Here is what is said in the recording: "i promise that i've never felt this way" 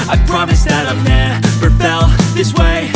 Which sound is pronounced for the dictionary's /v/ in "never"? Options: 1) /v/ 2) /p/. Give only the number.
2